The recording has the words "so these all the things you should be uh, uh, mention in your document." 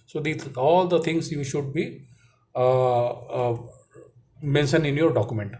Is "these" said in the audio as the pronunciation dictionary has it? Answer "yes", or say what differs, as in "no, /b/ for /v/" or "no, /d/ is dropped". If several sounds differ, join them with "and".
no, /z/ is dropped